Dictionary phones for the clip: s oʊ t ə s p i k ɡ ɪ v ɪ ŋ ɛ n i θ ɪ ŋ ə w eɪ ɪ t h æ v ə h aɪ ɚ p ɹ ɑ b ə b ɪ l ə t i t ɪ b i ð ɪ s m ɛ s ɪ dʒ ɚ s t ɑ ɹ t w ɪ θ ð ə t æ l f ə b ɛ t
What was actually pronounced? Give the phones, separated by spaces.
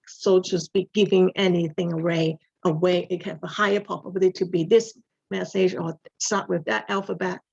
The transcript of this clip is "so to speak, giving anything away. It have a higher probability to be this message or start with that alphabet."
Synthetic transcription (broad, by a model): s oʊ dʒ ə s b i ɡ ɪ v ɪ ŋ ɛ n i θ ɪ ŋ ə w eɪ ɪ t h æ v ə h aɪ ɚ p ɑ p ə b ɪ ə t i t ɪ b i ð ɪ s m ɛ s ɪ dʒ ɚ s t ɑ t w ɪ ð ə t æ l f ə b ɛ t